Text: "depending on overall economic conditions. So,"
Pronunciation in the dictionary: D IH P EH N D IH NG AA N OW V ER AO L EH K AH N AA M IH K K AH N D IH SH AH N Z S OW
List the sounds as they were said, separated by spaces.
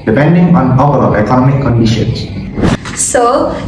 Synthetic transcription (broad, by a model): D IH P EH N D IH NG AA N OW P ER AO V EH K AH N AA M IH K K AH N D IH SH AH N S S OW